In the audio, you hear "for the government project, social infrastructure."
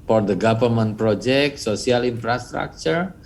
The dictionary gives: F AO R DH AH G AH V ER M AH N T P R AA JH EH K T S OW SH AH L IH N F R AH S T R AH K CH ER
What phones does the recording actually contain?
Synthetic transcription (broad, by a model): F AO R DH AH G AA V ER M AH N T P R AA JH EH K T S OW S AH L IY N F R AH S T R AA K CH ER